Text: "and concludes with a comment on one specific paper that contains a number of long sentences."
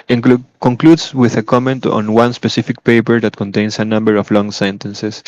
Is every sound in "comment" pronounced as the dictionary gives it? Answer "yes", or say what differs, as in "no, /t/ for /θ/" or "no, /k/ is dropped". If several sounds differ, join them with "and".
yes